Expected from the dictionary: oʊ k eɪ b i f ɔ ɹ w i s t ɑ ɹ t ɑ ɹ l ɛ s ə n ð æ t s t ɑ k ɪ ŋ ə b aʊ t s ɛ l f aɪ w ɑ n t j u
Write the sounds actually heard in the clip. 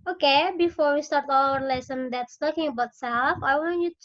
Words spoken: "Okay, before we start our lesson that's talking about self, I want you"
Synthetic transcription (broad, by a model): oʊ k eɪ b i f ɔ ɹ w i s t ɑ ɹ t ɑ l l ɛ s ə n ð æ t s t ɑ k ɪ ŋ ə b aʊ t s ɛ l f aɪ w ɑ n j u